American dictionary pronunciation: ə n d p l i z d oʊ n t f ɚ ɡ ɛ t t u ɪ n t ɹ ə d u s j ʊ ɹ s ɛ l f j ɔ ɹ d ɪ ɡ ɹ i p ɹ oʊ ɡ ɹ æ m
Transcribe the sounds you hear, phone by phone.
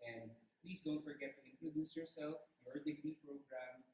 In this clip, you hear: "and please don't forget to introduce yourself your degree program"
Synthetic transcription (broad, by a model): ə n d p l i s d oʊ n t f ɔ ɡ ɛ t t u ɪ n t ɹ ə d u s j ʊ ɹ s ɛ l f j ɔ ɹ d ɪ ɡ ɹ i p ɹ oʊ ɡ ɹ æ m